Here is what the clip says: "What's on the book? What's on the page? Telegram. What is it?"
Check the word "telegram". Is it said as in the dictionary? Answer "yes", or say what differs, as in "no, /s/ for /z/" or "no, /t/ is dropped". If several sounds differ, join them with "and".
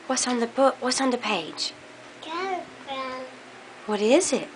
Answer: no, /l/ is dropped